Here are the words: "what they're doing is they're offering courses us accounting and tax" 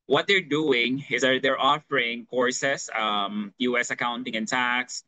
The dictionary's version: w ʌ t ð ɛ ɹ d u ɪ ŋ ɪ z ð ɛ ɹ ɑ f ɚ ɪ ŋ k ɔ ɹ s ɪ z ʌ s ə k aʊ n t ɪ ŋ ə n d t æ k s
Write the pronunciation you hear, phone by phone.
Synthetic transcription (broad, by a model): w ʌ t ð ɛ ɹ d u ɪ ŋ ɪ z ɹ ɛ ɹ ɑ f ɚ ɪ ŋ k ɔ ɹ s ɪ s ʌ s ə k aʊ n t ɪ ŋ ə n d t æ k s